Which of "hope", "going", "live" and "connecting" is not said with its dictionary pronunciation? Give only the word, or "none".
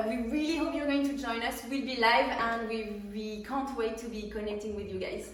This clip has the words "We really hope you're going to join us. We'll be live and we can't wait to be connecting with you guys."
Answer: none